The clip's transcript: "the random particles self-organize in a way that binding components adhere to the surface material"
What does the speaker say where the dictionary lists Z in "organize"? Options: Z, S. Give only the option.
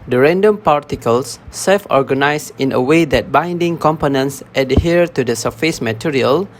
S